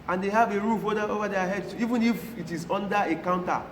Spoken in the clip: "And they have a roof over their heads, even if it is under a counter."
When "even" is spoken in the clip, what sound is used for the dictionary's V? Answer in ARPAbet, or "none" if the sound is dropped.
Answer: V